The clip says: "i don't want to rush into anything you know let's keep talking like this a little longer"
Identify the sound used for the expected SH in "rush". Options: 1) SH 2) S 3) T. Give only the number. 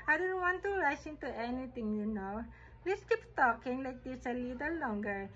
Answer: 2